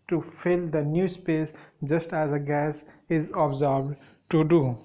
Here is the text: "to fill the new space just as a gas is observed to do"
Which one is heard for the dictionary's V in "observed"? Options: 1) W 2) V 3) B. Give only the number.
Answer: 3